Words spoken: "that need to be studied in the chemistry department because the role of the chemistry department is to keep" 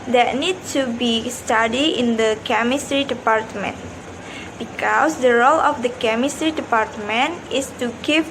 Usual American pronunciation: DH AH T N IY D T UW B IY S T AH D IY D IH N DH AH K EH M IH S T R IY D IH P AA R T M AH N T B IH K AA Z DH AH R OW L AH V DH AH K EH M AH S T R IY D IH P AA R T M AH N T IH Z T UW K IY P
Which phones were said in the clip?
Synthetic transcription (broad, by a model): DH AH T N IY D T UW B IY S T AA D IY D IH N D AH K EH M IH S T R IY D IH P AA R T M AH N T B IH K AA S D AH R OW L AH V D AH K EH M AH S T R IY D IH P AA R T M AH N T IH S T UW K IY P